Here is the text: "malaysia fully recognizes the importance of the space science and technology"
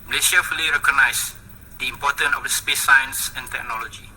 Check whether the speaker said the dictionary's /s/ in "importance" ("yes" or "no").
no